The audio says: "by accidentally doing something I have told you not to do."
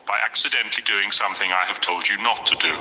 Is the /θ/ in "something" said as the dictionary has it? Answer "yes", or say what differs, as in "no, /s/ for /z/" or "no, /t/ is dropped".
yes